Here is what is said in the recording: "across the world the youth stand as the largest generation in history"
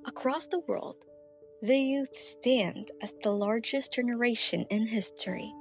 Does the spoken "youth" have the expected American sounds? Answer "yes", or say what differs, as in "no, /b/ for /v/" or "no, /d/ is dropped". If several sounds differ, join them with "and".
yes